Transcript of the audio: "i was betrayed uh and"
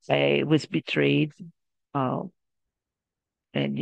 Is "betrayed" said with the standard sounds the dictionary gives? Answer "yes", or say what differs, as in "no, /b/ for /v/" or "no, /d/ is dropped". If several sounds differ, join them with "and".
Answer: yes